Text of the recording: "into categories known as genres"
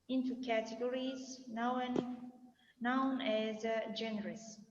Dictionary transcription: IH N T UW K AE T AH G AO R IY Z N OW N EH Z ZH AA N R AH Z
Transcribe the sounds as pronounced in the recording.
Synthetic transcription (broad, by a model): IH N T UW K AE T AH G AO R IY Z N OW N EH Z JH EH N R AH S